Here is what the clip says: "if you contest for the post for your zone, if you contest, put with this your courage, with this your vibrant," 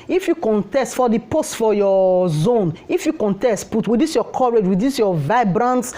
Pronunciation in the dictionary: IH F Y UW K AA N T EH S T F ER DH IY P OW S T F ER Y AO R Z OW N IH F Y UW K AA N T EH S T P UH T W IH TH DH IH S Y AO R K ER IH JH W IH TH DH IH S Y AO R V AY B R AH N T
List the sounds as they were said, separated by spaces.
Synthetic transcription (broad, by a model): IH F Y UW K AA N T EH S T F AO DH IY P OW S T F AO Y AO Z OW N IH F Y UW K AA N T EH S T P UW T W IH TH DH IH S Y AO K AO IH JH W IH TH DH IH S Y AO V AY B R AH N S